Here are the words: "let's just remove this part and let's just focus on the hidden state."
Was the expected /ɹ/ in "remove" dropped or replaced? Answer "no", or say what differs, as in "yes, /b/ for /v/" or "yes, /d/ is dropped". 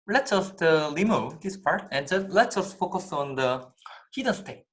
yes, /l/ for /ɹ/